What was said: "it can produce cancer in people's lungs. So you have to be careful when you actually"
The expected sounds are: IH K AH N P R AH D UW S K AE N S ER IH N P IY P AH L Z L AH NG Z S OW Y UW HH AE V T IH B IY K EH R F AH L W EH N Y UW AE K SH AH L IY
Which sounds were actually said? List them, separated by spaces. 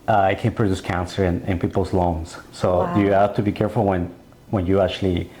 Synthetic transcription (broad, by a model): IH K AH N P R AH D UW S K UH N S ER IH N P IY P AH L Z L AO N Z S OW Y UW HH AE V T IH B IY K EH R F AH N W EH N Y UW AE K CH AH L IY